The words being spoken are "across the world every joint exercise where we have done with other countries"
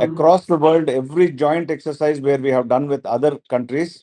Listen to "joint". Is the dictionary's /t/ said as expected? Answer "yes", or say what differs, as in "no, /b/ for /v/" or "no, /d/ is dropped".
yes